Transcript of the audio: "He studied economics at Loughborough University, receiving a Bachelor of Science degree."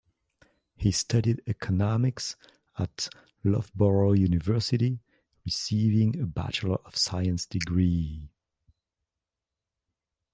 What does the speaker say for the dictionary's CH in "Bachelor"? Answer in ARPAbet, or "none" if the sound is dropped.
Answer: CH